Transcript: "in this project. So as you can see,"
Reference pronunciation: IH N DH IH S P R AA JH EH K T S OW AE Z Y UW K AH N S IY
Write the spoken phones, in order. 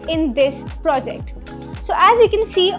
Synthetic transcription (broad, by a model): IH N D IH S P R AA JH EH K T S OW AE Z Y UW K AH N S IY